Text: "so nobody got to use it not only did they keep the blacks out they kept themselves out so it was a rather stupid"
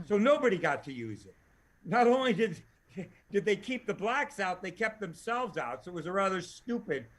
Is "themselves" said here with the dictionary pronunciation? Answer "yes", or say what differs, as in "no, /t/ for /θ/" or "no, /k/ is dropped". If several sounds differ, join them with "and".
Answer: yes